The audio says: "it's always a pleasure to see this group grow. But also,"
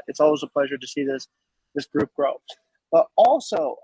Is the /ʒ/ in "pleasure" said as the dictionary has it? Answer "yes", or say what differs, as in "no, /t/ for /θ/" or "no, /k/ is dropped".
yes